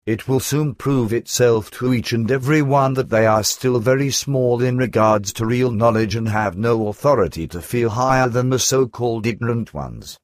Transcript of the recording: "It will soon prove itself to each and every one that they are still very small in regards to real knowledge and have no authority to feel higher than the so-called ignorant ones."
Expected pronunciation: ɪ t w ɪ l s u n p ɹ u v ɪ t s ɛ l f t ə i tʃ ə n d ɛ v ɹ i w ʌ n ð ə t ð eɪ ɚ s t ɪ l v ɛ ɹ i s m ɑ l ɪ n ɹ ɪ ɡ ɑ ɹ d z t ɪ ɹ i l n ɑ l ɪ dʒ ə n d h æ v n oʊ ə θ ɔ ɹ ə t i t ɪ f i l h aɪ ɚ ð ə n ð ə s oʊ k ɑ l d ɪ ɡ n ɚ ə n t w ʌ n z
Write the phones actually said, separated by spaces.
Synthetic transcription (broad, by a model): ɪ t w ɪ l s u n p ɹ u v ɪ t s ɛ l f t ə i tʃ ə n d ɛ v ɹ i w ʌ n ð ə t ð eɪ ɚ s t ɪ l v ɛ ɹ i s m ɑ l ɪ n ɹ ɪ ɡ ɑ ɹ d z t ɪ ɹ i l n ɑ l ɪ dʒ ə n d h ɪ v n oʊ ə θ ɔ ɹ ə t i t ɪ f i l h aɪ ɚ ð ə n ð ə s oʊ k ɑ l d ɪ ɡ n ɚ ə n t w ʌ n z